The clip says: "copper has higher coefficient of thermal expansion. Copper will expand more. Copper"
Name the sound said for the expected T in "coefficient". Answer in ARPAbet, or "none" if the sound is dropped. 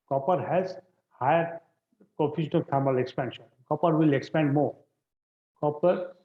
none